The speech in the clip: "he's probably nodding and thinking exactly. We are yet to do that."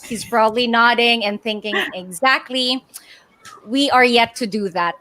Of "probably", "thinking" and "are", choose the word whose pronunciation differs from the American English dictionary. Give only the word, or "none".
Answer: probably